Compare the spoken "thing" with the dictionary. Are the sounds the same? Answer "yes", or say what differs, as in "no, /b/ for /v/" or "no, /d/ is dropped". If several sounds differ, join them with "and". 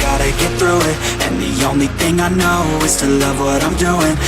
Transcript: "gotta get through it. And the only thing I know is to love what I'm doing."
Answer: yes